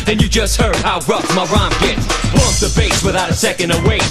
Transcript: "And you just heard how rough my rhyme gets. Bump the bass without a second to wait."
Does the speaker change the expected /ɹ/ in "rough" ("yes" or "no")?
no